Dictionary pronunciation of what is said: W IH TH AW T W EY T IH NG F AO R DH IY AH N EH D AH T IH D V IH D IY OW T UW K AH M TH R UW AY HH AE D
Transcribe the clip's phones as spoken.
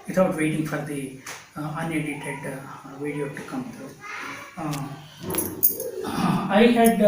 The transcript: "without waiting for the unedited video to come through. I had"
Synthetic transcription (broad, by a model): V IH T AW T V EY T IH NG F AO R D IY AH N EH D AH T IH D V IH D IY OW T UW K AH M T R AY HH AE D